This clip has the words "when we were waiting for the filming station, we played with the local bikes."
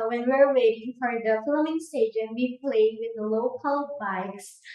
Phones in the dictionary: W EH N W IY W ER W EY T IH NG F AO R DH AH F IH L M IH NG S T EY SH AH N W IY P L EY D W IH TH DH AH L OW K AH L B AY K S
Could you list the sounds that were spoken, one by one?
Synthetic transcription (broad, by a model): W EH N W IY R W EY T IH NG F AO R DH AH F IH M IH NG S T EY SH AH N W IY P L EY D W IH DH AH L OW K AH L B AY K S